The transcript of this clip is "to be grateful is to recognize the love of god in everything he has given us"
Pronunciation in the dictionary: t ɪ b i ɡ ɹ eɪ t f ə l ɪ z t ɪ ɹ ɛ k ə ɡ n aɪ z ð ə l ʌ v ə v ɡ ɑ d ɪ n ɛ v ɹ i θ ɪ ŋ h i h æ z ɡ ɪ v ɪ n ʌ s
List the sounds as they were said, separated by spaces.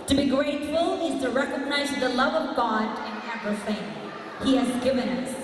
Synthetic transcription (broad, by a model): t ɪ b i ɡ ɹ eɪ t f ə l ɪ z t ɪ ɹ ɛ k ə ɡ n aɪ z ð ə l ʌ v ə v ɡ ɑ d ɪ n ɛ p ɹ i f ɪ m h i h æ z ɡ ɪ v ɪ n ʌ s